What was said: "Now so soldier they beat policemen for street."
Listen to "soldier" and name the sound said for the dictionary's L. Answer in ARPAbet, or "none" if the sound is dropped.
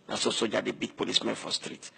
none